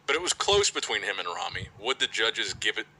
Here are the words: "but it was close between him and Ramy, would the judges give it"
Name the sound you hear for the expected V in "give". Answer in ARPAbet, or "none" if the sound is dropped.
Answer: V